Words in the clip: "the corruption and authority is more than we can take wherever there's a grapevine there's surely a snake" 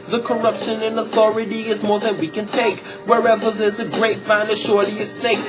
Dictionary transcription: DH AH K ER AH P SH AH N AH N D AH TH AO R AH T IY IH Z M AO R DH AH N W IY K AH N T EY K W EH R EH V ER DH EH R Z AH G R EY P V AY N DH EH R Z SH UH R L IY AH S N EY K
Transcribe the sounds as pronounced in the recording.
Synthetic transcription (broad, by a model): DH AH K ER AH P SH AH N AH N AH TH AO R AH T IY IH Z M AO R DH AH N W IY K AH N T EY K W EH R EH V ER DH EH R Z AH G R EY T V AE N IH SH UH R L IY AH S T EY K